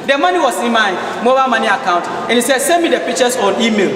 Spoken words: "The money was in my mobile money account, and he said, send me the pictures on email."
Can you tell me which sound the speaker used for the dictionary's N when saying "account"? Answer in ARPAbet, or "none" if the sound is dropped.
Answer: N